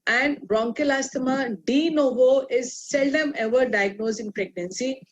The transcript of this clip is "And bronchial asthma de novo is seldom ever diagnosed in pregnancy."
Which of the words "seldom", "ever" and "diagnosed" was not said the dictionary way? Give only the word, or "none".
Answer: diagnosed